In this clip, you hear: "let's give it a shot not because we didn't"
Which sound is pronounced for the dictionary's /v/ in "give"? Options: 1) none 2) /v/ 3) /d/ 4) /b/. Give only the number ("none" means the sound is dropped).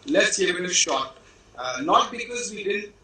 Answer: 1